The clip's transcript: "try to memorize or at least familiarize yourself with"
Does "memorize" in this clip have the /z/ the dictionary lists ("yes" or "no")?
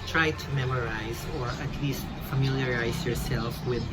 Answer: yes